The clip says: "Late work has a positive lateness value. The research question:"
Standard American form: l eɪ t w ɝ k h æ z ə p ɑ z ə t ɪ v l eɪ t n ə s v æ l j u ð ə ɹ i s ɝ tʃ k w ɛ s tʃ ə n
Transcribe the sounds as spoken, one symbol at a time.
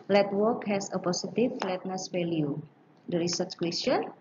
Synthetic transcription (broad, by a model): l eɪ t w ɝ k h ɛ s ə p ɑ s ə t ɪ f l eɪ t n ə s f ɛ l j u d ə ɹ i s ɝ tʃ k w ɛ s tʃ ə n